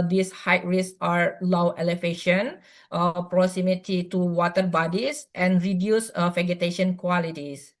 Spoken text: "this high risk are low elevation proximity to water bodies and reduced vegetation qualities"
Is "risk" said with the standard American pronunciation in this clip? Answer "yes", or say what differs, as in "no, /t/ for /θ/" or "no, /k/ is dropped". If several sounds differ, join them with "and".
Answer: no, /k/ is dropped